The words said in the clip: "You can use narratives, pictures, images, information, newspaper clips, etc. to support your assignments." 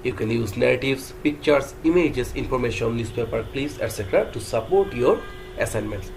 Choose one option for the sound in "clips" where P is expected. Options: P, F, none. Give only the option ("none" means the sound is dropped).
none